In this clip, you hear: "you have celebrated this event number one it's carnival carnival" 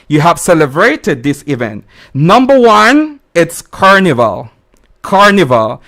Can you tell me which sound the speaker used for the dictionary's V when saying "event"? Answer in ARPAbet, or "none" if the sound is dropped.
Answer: V